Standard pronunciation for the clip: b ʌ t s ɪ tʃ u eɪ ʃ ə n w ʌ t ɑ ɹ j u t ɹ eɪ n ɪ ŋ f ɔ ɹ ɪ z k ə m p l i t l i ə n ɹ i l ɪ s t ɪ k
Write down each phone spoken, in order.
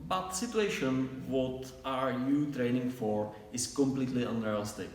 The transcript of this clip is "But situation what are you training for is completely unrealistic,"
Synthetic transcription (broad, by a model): b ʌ t s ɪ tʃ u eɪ ʃ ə n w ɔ t ɑ ɹ j u t ɹ eɪ n ɪ ŋ f ɔ ɹ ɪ s k ə m p l i t l i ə n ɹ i l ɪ s t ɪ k